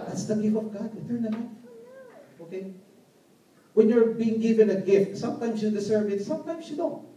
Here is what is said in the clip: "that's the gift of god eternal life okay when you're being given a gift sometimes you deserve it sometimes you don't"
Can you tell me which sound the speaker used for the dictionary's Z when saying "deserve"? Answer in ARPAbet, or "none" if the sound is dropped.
S